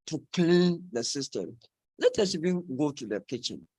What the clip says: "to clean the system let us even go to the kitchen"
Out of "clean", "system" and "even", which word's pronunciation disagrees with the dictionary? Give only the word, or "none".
none